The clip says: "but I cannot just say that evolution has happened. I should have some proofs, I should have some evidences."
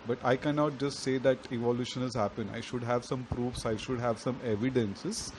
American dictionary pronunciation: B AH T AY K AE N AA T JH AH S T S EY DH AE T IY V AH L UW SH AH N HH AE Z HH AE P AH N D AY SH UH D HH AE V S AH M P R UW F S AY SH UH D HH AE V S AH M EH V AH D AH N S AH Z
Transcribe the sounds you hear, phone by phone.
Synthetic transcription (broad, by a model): B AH T AY K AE N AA T JH AH S T S EY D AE T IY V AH L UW SH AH N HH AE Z HH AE P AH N AY SH UH D HH AE V S AH M P R UW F S AY SH UH D HH AE V S AH M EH V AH D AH N S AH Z